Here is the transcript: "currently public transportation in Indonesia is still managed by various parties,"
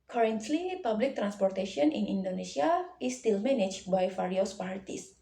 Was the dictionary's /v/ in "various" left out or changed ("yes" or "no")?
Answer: yes